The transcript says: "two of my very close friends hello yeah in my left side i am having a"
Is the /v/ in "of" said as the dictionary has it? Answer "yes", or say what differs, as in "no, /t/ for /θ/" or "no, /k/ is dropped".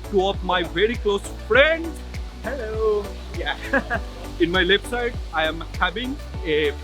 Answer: no, /p/ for /v/